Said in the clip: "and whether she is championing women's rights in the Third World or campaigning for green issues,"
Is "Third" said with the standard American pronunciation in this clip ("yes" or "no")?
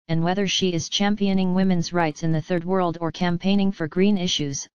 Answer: yes